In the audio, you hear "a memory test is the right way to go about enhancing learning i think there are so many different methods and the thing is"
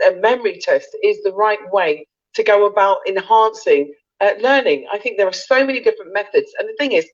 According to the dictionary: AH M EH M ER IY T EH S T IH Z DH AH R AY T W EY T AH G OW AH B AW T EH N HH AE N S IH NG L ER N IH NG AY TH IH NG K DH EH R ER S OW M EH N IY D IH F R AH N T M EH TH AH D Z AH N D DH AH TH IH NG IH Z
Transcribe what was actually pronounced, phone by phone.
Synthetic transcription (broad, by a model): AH M EH M ER IY T EH S T IH Z DH AH R AY T W EY T AH G OW AH B AW T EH N HH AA N S IH NG L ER N IH NG AY TH IH NG K DH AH R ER S OW M EH N IY D IH F R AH N M EH TH AH D Z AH N DH AH TH IH NG IH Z